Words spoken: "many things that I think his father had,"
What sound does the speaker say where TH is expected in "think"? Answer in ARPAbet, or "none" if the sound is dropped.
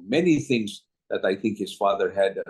TH